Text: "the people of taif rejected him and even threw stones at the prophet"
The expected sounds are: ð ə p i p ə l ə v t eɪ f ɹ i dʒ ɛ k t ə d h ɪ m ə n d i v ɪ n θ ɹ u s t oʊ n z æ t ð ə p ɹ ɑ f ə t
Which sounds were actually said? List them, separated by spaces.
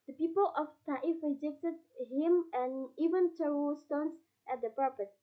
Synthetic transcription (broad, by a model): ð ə p i p ə l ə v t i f ɹ i dʒ ɛ k t ə d h ɪ m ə n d i v ɪ n t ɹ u s t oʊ n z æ t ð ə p ɹ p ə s